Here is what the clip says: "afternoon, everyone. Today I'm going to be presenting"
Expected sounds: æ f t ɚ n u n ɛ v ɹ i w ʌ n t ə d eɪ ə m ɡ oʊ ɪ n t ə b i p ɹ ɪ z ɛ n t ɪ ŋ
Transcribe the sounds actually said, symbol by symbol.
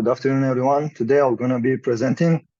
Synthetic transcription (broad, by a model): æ f t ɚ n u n ɛ v ɹ i w ʌ n t ə d eɪ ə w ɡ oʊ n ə b i p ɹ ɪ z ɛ n t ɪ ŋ